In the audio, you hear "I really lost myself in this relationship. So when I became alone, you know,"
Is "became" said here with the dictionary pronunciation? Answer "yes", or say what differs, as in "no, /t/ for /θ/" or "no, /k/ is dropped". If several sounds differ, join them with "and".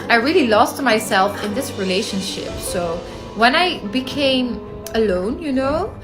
yes